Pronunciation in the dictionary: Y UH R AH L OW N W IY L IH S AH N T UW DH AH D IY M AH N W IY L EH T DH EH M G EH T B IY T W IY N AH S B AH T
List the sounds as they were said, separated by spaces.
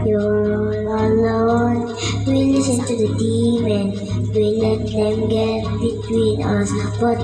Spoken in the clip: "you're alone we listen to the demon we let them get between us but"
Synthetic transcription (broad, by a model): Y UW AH N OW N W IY L IH S AH N T UW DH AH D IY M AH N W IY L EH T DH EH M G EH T B IY T W IY N AH S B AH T